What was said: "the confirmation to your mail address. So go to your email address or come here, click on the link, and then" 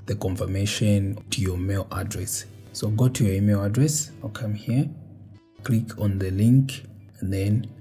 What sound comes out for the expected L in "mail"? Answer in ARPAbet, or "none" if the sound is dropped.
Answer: L